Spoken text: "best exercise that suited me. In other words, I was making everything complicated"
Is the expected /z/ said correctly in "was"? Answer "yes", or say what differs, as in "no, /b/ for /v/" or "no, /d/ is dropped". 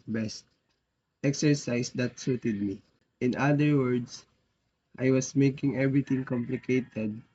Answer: no, /s/ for /z/